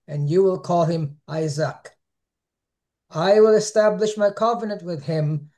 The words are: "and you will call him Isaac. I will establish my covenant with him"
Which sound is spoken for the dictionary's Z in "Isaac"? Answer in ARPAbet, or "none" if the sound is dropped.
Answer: Z